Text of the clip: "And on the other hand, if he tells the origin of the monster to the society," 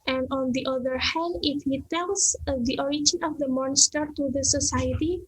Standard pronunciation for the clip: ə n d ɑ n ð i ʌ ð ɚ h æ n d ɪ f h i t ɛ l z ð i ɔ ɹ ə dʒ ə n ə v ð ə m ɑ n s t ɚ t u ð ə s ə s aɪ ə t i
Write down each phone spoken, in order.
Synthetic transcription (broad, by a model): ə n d ɑ n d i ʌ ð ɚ h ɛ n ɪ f h i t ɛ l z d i ɔ ɹ ə dʒ ə n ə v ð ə m ɑ n s t ɚ t u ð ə s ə s aɪ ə t i